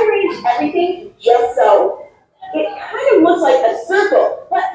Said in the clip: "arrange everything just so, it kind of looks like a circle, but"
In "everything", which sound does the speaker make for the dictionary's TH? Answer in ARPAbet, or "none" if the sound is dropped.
TH